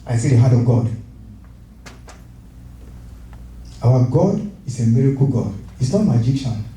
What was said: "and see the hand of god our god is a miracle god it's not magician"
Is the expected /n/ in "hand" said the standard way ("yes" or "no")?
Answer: no